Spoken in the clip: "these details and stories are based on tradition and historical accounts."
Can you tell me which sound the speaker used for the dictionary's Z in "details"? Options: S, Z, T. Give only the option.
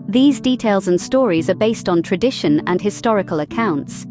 Z